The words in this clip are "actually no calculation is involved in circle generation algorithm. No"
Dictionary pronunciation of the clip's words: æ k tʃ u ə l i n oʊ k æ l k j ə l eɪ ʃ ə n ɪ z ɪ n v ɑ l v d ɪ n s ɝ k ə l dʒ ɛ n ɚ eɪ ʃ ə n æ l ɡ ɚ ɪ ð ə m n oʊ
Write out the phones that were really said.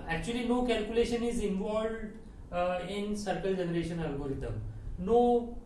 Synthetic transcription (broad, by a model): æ k tʃ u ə l i n oʊ k æ l k j ə l eɪ ʃ ə n ɪ z ɪ n v ɑ l v d ɪ n s ɝ k ə l dʒ ɛ n ɚ eɪ ʃ ə n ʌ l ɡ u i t ə m n oʊ